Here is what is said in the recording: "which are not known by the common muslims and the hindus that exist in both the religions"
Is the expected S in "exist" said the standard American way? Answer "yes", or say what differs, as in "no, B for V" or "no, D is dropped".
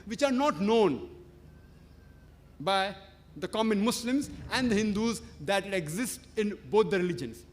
yes